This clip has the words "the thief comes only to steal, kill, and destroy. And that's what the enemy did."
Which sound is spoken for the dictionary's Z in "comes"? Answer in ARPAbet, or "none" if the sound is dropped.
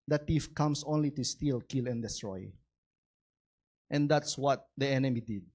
S